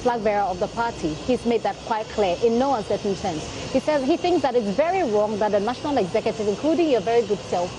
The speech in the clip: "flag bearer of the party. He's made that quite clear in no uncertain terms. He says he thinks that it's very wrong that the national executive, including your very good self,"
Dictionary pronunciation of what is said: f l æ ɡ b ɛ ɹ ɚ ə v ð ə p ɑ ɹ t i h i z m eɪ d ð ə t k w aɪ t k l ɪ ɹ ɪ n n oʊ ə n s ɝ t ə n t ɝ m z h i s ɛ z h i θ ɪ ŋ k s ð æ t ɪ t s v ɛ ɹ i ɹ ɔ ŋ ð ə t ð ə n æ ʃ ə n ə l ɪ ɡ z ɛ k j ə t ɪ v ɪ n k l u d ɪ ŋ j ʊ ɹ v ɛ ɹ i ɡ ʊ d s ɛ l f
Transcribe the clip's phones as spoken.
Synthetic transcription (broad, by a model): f l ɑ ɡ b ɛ ɹ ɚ ə v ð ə p ɑ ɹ t i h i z m eɪ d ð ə t k w aɪ t k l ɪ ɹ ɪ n n oʊ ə n s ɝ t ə n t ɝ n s h i s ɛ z h i θ ɪ ŋ k s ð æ t ɪ t s v ɛ ɹ i ɹ ɔ ŋ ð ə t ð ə n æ ʃ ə n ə l ɪ ɡ z ɛ k j ə t ɪ v ɪ n k l u d ɪ ŋ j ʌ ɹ v ɛ ɹ i ɡ ʊ d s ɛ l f